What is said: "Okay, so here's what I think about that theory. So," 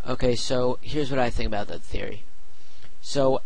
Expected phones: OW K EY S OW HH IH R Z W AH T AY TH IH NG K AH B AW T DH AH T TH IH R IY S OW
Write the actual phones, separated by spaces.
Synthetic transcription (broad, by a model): OW K EY S OW HH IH R Z W AH T AY TH IH NG K AH B AW T DH AH T TH IH R IY S OW